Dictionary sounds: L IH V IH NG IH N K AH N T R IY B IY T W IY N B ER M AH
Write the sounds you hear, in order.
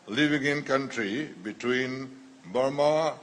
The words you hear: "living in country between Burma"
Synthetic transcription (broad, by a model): L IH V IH NG IH N K AH N T R IY B IY T W IY N B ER M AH